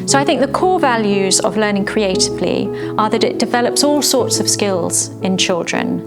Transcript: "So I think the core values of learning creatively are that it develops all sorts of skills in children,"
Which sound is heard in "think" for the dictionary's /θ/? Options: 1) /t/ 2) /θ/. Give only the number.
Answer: 2